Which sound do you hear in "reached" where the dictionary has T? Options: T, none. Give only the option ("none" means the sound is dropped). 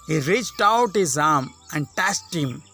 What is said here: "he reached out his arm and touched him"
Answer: T